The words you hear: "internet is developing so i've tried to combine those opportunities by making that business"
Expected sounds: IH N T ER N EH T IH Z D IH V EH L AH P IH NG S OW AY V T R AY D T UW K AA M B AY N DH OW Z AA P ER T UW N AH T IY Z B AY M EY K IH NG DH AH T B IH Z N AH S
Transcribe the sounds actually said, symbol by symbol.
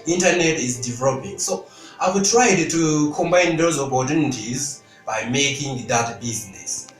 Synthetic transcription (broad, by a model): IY N T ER N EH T IH Z D IH V EH L AH P IH NG S OW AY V T R AY D T UW K AA M B AY N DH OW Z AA B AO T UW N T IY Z B AY M EY K IH NG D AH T B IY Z N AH S